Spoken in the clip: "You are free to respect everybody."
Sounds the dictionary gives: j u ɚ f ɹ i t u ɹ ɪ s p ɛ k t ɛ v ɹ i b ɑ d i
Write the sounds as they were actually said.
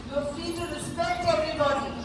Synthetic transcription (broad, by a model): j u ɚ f i t u ɹ ɪ s p ɛ k t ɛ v ɹ i b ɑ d i